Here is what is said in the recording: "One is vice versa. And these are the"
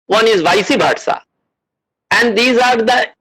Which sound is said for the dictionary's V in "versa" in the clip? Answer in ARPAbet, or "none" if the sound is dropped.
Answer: B